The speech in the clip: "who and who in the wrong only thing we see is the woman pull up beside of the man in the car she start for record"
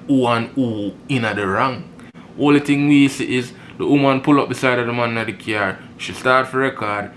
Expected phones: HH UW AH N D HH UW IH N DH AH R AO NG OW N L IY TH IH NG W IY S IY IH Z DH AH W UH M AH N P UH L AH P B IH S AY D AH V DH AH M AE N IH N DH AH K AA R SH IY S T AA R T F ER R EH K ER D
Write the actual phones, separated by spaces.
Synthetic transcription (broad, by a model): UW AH N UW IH N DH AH R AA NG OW L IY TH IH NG W IY S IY IH Z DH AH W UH M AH N P UH L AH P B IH S AY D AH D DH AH M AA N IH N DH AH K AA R SH IY S T AA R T F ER R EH K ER D